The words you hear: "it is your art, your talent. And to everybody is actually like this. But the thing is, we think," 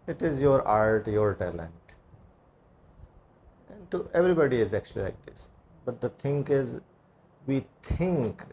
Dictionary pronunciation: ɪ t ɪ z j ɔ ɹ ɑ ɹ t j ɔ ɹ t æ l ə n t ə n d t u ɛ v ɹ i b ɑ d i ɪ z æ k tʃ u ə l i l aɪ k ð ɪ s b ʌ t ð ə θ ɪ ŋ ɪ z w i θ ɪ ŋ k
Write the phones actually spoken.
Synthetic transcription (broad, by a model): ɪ t ɪ z j ɔ ɹ ɑ ɹ t j ɔ ɹ t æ l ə n t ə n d t u ɛ v ɹ i b ɑ d i ɪ z æ k tʃ u ə l i l aɪ k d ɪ s b ʌ t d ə t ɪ ŋ ɪ z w i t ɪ ŋ k